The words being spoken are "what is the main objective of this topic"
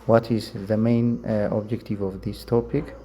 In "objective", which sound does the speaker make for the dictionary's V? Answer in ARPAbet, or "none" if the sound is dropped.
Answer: V